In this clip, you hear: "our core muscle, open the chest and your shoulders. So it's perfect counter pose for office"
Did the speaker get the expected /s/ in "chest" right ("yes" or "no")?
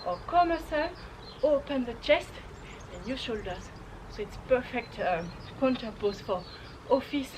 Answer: yes